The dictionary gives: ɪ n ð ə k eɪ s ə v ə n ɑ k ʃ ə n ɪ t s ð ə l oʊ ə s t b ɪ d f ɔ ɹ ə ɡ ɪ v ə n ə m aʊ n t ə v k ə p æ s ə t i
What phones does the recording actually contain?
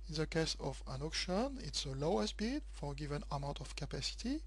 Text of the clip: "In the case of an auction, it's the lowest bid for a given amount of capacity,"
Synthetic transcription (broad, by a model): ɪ n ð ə k eɪ s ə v ə n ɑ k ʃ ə n ɪ t s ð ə l oʊ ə s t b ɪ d f ɔ ɹ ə ɡ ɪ v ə n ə m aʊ t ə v k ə p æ s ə t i